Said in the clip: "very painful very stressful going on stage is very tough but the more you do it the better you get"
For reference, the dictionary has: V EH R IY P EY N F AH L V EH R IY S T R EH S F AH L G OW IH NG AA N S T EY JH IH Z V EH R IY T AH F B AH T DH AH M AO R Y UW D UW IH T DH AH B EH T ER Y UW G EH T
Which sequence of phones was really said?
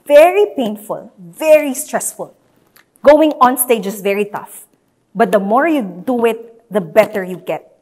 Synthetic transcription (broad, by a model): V EH R IY P EY N F AH L V EH R IY S T R EH S F AH L G OW IH NG AA N S T EY JH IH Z V EH R IY T AH F B AH T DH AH M AO R Y UW D UW IH T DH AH B EH T ER Y UW G EH T